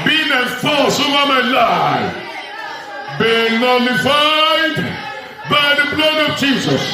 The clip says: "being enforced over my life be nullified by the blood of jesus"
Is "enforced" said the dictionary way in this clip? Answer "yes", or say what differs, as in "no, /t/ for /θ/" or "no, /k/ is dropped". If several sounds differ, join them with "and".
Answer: no, /t/ is dropped